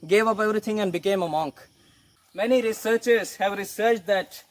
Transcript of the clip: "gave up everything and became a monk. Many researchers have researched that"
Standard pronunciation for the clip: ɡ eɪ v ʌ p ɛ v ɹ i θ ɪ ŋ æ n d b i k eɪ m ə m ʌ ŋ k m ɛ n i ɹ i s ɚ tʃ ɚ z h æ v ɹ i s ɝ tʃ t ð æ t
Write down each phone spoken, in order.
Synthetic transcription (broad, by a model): ɡ eɪ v ʌ p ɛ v ɹ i t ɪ ŋ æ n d b i k eɪ m ə m ʌ ŋ k m ɛ n i ɹ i s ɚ tʃ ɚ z h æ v ɹ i s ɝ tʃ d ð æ t